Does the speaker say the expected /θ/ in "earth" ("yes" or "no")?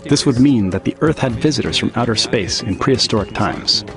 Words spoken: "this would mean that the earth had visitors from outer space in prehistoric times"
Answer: yes